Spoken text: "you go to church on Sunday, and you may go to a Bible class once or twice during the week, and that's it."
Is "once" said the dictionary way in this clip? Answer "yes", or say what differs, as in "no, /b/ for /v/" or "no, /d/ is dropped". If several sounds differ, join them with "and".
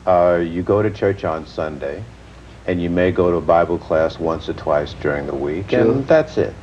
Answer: yes